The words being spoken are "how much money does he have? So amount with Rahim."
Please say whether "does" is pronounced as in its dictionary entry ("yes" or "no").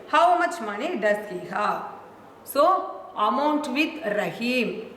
no